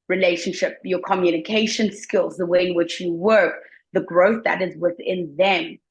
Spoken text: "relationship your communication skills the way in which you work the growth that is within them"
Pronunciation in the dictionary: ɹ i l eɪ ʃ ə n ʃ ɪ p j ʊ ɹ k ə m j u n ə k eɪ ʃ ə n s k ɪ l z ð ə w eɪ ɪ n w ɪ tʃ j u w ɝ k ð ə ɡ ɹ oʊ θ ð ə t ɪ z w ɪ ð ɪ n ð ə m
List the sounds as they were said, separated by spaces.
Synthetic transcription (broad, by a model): ɹ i l eɪ ʃ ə n ʃ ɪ p j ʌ ɹ k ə m j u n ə k eɪ ʃ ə n s k ɪ l z ð ə w eɪ ɪ n w ɪ tʃ j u w ɝ k ð ə ɡ ɹ oʊ θ ð ə t ɪ z w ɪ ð ɪ n ð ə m